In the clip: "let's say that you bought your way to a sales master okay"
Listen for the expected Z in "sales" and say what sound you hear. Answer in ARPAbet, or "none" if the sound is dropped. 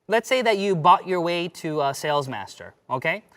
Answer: Z